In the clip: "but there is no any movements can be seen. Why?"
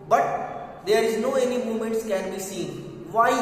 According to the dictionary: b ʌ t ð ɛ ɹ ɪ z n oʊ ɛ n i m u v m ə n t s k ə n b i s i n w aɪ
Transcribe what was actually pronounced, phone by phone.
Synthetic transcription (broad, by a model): b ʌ t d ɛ ɹ ɪ z n oʊ ɛ n i m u m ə n t s k ə n b i s i n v aɪ